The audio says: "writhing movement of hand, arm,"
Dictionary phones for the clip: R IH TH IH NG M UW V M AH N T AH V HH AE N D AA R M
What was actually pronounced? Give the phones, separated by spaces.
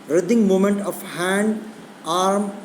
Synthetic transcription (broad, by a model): R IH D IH NG M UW M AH N T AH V HH AE N D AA R M